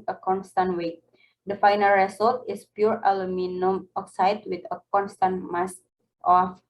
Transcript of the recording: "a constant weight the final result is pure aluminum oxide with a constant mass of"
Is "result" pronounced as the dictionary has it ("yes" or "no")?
no